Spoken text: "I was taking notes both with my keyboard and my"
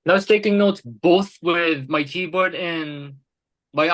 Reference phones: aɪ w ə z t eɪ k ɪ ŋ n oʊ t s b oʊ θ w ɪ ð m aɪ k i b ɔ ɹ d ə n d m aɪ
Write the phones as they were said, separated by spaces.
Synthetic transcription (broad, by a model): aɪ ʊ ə s t eɪ k ɪ ŋ n oʊ t s b oʊ θ w ɪ ð m aɪ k i b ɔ ɹ d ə n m aɪ